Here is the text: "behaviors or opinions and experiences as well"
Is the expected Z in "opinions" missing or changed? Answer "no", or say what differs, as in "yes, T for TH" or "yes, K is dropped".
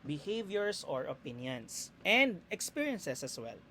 yes, S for Z